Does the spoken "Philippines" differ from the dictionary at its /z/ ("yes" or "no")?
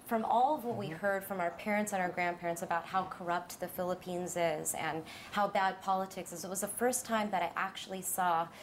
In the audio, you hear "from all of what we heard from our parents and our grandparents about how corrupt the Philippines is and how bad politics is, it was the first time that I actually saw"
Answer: no